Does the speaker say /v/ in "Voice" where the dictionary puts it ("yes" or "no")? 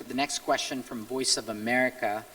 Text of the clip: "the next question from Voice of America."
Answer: yes